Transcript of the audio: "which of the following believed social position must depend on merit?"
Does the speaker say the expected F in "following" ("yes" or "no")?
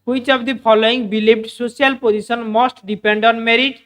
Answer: no